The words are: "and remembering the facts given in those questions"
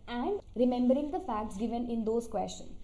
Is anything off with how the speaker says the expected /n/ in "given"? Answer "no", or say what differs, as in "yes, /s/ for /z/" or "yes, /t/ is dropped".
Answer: no